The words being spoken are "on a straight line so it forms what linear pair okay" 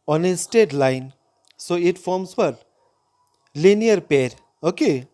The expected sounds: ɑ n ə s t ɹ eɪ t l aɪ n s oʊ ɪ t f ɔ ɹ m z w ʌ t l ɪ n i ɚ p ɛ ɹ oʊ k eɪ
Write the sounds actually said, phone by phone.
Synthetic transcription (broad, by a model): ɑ n ə s t eɪ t l aɪ n s oʊ ɪ t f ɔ ɹ m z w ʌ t l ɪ n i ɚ p ɛ ɹ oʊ k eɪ